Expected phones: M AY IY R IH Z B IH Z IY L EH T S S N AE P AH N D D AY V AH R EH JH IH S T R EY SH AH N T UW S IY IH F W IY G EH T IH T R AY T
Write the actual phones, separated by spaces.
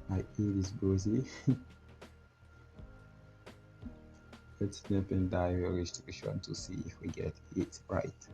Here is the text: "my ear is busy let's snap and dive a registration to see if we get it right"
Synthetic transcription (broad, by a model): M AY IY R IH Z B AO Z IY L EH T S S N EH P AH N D D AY AH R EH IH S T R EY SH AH N T UW S IY IH F W IY G EH T IH T R AY T